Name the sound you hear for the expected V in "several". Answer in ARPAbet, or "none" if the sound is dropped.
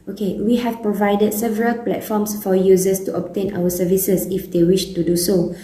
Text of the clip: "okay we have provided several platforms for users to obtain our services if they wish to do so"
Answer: V